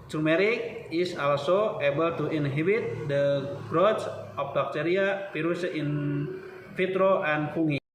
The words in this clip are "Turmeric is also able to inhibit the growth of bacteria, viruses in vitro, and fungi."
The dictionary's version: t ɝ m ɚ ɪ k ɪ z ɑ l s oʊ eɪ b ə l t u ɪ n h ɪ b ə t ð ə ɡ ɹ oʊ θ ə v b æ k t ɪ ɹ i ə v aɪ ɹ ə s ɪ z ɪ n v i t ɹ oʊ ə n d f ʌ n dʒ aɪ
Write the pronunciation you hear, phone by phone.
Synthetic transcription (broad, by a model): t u m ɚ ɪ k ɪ s ɑ l s oʊ eɪ b ə l t u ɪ n h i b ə t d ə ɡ ɹ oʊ s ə f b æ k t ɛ ɹ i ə p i ɹ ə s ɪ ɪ n f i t ɹ oʊ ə n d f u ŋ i